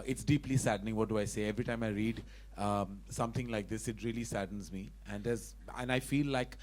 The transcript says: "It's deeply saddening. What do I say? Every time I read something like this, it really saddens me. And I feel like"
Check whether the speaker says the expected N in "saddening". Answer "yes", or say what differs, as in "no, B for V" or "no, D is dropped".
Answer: yes